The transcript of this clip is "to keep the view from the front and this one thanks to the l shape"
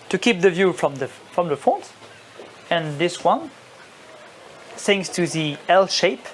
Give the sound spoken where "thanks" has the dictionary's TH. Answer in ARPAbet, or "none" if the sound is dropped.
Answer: S